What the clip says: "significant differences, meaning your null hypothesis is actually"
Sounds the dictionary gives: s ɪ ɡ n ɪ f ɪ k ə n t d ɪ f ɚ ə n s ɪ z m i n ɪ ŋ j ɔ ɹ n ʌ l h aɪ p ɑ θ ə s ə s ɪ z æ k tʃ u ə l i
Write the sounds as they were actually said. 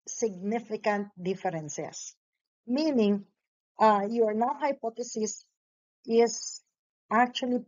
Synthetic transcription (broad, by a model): s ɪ ɡ n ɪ f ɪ k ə n t d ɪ f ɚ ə n s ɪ s m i n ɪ ŋ j ɔ ɹ n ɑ w h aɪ p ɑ t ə s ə s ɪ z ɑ k tʃ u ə l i